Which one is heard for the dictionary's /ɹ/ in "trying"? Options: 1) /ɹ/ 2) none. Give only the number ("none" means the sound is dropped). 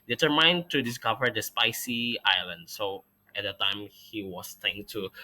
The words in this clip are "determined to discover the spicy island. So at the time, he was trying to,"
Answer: 2